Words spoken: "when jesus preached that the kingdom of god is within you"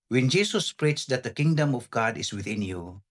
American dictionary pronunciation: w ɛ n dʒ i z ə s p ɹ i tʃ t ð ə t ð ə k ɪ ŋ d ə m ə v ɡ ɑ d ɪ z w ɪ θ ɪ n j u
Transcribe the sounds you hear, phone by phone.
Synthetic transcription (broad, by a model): w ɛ n dʒ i s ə s p ɹ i tʃ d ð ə t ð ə k ɪ ŋ d ə m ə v ɡ ɑ d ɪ s w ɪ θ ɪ n j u